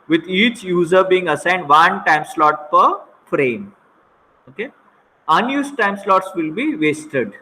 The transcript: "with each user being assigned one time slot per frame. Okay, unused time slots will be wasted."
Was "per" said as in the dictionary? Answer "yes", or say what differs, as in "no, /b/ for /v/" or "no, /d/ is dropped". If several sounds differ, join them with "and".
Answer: yes